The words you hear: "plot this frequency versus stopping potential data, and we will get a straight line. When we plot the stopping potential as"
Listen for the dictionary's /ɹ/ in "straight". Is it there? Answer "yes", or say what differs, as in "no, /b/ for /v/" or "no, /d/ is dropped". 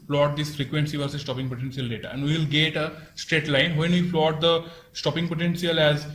yes